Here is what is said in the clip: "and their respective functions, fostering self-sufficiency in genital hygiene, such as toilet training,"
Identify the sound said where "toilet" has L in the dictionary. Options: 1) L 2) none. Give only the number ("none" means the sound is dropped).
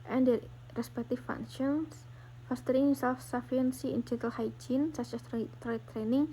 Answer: 2